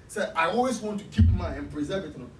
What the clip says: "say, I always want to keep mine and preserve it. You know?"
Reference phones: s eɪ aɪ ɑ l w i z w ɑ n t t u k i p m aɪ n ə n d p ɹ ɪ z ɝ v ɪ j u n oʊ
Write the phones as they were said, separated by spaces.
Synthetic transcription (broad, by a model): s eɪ aɪ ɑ l w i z w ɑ n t t u k i p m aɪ ə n p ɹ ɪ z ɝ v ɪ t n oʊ